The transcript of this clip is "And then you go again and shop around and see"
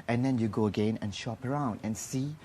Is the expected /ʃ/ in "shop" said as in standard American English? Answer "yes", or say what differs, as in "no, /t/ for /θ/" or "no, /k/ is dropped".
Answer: yes